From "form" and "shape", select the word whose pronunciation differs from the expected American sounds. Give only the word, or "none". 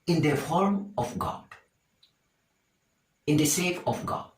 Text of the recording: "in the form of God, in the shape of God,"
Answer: shape